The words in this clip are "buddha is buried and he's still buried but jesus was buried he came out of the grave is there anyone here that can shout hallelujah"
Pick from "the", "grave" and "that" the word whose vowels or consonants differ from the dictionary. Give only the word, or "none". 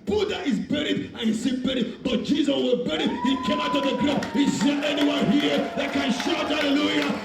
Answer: grave